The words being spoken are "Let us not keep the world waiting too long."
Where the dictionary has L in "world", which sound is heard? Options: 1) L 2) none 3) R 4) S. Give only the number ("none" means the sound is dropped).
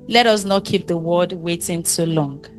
2